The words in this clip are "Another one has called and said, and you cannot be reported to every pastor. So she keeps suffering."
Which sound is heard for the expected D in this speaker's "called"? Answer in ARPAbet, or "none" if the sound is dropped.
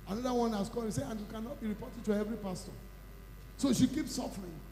none